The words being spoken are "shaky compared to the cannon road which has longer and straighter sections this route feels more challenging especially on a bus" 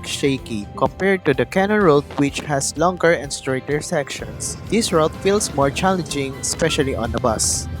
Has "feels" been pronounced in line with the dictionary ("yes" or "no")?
no